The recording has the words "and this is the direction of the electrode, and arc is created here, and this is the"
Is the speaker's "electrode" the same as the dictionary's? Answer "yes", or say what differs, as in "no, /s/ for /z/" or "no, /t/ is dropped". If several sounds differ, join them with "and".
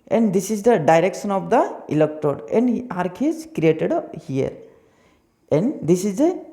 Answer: no, /ɹ/ is dropped